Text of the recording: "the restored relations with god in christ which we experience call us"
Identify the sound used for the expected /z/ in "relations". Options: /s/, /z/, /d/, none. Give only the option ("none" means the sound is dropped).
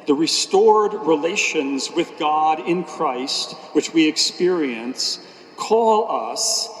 /z/